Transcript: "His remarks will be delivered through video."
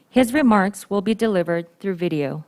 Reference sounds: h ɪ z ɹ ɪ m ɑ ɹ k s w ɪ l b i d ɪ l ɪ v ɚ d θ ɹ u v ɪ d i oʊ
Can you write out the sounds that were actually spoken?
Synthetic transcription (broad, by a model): h ɪ z ɹ ɪ m ɑ ɹ k s w ɪ l b i d ɪ l ɪ v ɚ d θ ɹ u v ɪ d i oʊ